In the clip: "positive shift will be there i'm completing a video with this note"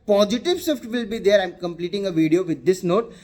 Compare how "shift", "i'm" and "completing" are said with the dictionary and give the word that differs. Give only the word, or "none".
shift